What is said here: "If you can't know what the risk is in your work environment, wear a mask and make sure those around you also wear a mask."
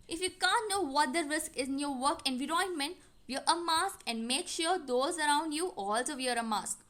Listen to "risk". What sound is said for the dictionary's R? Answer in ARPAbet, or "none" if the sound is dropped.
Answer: R